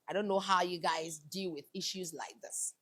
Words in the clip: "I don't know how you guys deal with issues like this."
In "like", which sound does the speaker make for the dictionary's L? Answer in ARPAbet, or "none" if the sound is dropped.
L